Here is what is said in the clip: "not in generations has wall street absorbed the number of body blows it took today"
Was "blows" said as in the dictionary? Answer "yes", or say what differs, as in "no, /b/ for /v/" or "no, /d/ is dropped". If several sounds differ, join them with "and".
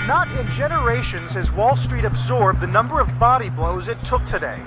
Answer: yes